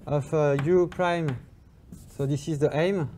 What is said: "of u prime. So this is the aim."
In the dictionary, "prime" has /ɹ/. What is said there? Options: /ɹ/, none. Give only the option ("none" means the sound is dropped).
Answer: /ɹ/